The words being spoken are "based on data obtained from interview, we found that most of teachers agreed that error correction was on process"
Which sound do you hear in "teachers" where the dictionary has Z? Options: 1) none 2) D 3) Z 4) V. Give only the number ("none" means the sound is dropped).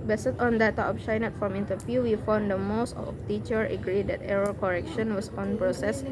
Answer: 1